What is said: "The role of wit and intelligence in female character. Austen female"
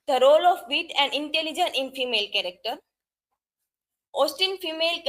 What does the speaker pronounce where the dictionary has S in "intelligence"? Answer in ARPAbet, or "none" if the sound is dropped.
none